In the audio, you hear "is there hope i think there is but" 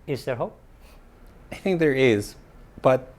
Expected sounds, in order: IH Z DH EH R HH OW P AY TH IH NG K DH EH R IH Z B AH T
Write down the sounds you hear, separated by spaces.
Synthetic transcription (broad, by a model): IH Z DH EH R HH OW P AY TH IH NG K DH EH R IH Z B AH T